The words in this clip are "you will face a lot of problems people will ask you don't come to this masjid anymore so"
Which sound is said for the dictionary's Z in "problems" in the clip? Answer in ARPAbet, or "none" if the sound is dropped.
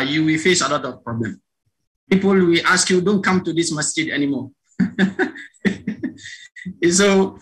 none